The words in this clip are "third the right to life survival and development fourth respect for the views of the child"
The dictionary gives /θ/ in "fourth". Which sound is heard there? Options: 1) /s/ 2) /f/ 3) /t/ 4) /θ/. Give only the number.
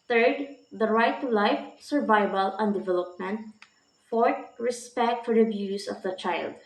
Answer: 3